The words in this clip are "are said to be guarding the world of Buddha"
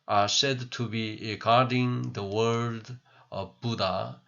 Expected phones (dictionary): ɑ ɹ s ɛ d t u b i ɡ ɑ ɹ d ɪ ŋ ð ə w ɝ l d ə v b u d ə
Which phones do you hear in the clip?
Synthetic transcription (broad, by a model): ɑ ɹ s ɛ d t u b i ɡ ɑ ɹ d ɪ ŋ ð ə w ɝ d ə v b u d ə